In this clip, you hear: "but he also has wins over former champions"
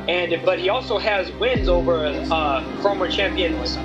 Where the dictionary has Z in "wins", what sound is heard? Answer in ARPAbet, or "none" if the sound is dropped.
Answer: Z